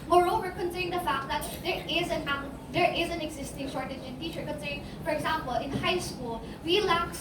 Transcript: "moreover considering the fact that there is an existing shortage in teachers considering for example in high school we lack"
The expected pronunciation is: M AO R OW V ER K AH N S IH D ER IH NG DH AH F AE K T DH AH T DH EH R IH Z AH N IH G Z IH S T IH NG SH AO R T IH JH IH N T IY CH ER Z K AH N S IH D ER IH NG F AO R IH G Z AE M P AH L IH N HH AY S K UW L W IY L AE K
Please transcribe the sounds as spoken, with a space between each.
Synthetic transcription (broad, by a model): M AO R OW V ER K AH N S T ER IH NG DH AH F AE K T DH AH T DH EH R IH Z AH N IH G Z IH S T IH NG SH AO R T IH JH IH N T IY CH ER K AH N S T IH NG F AO R IH G Z AE M P AH L IH N HH AY S K UW L W IY L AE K